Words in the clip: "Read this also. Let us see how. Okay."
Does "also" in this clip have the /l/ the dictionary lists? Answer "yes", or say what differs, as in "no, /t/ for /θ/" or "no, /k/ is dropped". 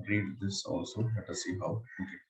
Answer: yes